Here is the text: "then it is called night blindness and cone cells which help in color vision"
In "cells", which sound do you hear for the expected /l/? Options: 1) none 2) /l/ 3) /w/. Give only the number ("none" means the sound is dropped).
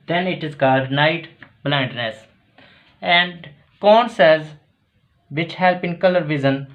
1